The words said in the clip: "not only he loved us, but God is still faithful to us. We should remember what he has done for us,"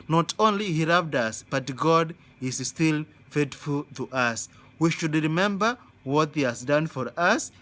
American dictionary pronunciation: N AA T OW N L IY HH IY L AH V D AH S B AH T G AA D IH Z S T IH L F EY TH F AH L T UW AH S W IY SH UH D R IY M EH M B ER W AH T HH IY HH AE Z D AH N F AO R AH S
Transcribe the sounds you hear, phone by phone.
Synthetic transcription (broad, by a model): N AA T OW N L IY HH IY L AH V D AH S B AH T G AA D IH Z S T IH L F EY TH F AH L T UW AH S W IY SH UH D R IY M EH M B ER W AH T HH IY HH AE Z D AH N F AO R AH S